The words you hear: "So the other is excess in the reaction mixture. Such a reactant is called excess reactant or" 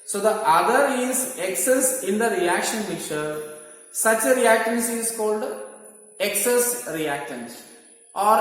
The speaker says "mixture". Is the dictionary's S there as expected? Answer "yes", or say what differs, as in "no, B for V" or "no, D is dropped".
no, S is dropped